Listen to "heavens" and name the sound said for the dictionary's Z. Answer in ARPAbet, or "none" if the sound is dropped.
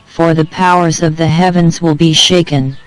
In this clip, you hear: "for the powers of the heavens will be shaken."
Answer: Z